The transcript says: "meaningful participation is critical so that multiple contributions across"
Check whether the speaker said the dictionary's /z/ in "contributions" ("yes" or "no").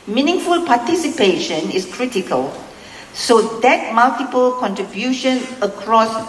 no